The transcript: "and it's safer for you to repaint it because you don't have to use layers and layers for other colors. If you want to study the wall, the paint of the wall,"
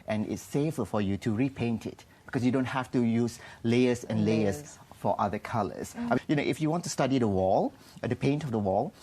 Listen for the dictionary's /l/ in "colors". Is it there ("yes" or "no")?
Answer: no